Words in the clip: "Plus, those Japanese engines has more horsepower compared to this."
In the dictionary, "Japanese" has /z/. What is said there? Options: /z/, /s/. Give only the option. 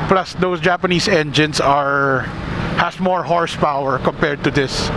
/s/